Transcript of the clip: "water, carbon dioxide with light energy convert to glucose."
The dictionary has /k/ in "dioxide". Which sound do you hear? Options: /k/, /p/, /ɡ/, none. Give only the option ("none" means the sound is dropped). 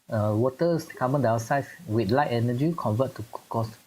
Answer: none